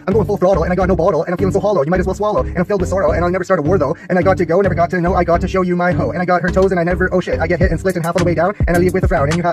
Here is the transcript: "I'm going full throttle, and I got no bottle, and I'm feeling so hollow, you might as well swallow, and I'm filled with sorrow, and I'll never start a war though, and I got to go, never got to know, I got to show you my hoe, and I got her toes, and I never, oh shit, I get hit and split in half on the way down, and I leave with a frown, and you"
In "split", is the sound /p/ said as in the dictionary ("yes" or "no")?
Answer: no